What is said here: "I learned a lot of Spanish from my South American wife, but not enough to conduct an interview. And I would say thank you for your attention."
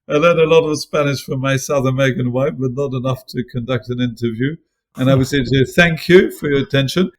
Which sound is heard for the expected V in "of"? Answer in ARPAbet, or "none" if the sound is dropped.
V